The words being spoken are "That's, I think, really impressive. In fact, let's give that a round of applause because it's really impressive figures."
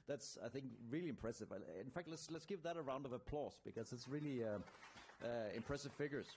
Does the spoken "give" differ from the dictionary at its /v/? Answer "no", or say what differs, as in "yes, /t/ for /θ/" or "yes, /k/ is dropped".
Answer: yes, /p/ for /v/